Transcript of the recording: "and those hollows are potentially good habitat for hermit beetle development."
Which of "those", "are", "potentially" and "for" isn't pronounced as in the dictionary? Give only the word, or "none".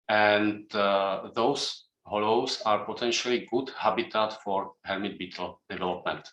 those